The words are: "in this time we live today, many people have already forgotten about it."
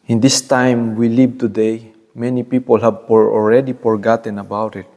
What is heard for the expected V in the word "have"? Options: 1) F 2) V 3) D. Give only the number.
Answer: 1